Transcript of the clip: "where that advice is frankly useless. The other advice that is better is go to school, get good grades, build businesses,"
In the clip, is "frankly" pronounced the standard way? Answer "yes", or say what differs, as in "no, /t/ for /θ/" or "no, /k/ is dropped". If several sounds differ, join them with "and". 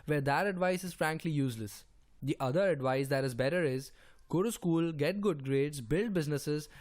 yes